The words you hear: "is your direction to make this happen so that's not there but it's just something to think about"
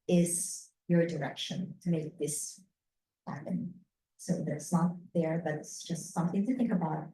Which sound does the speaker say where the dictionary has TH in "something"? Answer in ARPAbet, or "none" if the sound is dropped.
TH